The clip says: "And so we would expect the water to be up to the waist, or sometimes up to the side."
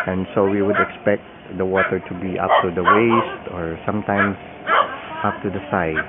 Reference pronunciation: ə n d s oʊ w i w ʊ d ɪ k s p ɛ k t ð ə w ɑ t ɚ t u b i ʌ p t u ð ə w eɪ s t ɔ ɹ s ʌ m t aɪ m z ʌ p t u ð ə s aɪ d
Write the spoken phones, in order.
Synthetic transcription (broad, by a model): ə n s oʊ w i w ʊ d ɪ k s p ɛ k t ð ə w ɑ t ɚ t u b i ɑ p t u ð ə w eɪ s t ɔ ɹ s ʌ m t aɪ m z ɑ p t u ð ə s aɪ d